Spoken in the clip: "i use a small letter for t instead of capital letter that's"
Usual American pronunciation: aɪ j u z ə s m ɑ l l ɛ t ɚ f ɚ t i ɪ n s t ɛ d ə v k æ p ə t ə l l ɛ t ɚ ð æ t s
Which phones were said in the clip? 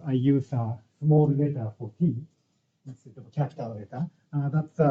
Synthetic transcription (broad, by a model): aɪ j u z ə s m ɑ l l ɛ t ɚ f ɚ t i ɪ s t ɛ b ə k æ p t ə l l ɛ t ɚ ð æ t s